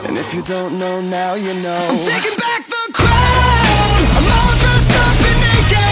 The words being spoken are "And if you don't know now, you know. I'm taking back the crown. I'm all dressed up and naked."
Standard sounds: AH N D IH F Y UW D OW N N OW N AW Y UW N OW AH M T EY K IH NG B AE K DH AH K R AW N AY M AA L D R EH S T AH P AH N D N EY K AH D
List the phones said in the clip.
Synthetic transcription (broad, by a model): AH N IH F Y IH D OW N N OW N AW Y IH N OW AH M T EY K IH NG B AE K DH AH K R AW N AY M AA L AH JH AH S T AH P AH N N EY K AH